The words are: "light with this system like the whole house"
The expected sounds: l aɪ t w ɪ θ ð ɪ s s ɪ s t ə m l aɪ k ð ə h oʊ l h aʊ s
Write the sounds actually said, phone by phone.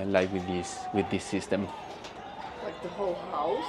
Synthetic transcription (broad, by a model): l aɪ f w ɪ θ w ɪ θ s ɪ s t ə m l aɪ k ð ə h oʊ l h aʊ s